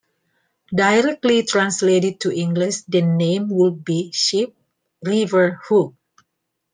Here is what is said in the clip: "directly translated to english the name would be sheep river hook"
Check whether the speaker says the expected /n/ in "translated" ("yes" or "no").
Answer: yes